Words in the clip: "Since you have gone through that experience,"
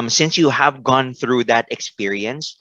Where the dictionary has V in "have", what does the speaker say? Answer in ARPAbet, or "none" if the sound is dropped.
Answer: V